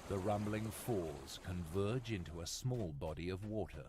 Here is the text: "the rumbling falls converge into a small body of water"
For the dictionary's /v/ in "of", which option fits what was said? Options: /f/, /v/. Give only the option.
/v/